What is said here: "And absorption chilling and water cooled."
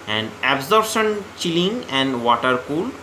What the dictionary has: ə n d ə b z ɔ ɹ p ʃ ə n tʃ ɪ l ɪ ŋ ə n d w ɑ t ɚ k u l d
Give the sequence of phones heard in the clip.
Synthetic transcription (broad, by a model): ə n d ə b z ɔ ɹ ʃ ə n tʃ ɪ l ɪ ŋ ə n d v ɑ t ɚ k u l